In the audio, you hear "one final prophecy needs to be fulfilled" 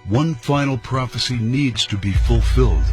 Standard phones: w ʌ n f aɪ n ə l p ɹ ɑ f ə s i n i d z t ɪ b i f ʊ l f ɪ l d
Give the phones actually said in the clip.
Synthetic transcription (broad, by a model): w ʌ n f aɪ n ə l p ɹ ɑ f ə s i n i d z t ɪ b i f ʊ l f ɪ l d